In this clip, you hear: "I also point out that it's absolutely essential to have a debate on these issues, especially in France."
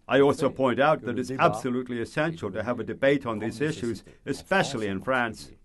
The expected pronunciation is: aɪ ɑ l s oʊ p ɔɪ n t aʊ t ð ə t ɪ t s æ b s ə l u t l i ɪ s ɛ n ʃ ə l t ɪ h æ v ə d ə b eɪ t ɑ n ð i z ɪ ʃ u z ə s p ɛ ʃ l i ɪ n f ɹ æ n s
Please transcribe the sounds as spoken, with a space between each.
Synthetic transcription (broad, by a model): aɪ ɑ l s oʊ p ɔɪ n t aʊ t ð ə t ɪ t s æ b s ə l u t l i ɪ s ɛ n ʃ l t ɪ v ə d ə b eɪ t n ð i z ɪ ʃ u z ə s p ɛ ʃ l i ɪ n f ɹ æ n s